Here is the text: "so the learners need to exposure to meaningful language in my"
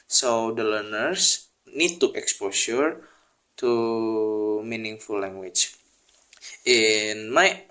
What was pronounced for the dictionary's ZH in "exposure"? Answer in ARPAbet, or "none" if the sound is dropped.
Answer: S